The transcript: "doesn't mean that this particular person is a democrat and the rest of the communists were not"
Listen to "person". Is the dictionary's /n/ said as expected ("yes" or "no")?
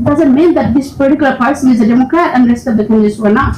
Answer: no